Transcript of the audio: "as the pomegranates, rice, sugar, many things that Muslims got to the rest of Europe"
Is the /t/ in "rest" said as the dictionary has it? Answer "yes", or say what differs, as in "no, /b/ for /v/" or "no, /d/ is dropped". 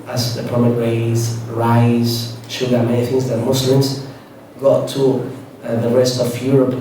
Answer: yes